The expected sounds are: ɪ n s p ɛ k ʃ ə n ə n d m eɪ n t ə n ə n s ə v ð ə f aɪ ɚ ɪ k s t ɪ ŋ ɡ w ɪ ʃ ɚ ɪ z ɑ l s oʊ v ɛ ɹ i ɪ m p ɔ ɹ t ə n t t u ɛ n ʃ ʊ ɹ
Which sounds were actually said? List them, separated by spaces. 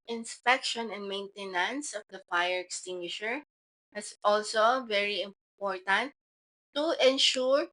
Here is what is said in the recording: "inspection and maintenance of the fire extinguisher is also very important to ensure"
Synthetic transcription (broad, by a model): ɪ n s p ɛ k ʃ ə n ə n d m eɪ n t ə n ə n s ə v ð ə f aɪ ɚ ɪ k s t ɪ ŋ ɡ w ɪ ʃ ɚ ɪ s ɑ l s oʊ v ɛ ɹ i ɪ m p ɔ ɹ t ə n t t u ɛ n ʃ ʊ ɹ